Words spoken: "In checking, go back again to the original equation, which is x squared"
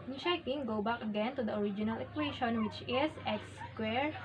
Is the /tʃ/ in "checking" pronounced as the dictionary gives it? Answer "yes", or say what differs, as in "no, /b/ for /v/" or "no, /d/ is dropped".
no, /ʃ/ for /tʃ/